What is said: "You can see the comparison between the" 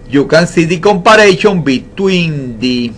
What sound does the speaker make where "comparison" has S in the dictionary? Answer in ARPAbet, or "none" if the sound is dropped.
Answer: SH